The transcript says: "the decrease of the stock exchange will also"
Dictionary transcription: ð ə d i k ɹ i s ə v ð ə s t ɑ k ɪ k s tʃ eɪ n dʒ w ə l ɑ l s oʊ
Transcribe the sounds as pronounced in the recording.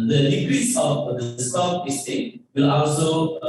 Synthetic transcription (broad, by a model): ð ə d i k ɹ i s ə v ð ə s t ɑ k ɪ s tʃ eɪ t w ə l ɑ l s oʊ